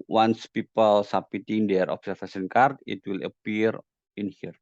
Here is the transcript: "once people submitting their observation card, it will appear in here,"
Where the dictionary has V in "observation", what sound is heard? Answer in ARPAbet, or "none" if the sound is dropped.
F